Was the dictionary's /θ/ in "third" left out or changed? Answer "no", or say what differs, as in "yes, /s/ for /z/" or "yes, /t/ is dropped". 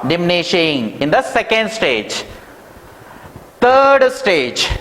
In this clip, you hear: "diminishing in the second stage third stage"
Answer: yes, /t/ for /θ/